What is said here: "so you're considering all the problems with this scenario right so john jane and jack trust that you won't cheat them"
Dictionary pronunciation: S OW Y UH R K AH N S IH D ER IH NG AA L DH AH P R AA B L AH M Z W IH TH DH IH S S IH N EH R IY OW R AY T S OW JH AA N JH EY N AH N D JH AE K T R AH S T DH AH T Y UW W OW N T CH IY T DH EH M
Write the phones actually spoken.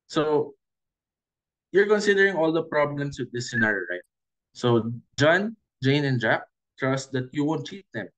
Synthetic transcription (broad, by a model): S OW Y UH R K AH N S IH D ER IH NG AA L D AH P R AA B L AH M S W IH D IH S S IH N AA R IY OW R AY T S OW JH AA N JH EY N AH N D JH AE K T R AH S T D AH T Y UW W OW N T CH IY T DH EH M